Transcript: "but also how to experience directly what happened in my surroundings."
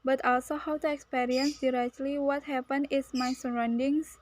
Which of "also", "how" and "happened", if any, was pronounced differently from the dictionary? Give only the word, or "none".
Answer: happened